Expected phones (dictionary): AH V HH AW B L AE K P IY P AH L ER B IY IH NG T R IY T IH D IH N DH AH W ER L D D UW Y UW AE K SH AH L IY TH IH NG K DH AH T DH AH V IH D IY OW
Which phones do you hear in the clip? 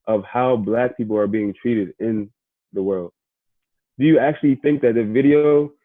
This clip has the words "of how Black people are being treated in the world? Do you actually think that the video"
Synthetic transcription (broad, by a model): AH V HH AW B L AE K P IY P L ER B IY IH NG T R IY T IH D IH N DH AH W ER L D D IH Y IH AE K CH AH L IY TH IH NG K DH AH T DH AH V IH D IY OW